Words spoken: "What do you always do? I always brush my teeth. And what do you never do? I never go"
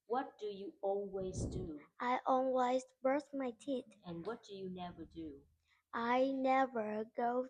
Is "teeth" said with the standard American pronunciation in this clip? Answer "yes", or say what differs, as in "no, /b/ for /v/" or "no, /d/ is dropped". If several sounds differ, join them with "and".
no, /t/ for /θ/